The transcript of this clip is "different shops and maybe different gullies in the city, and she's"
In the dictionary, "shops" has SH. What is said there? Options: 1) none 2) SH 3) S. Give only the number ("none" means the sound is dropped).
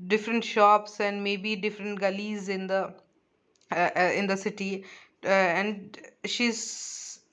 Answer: 2